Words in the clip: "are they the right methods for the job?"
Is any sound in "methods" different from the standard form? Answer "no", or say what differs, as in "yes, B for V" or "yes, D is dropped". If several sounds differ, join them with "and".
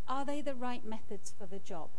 no